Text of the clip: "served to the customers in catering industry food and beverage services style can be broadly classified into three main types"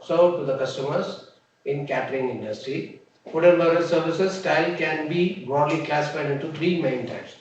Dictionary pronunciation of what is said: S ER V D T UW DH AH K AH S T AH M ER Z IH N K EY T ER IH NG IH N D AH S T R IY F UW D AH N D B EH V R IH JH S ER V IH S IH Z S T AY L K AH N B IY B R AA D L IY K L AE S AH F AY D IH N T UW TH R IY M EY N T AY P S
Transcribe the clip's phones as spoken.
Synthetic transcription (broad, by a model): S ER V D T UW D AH K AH S T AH M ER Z IH N K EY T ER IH NG IH N D AH S T R IY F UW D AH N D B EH R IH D S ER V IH S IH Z S T AY L K AH N B IY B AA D L IY K L AE S AH F AY D IH N T UW T R IY M EY N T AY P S